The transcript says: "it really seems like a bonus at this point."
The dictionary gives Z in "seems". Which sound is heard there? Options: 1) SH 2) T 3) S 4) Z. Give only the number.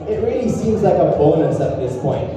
4